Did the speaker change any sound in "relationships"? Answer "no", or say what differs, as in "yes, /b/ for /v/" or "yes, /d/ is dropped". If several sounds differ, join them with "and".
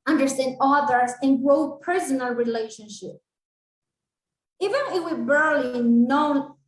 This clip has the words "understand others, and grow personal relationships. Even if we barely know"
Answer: yes, /s/ is dropped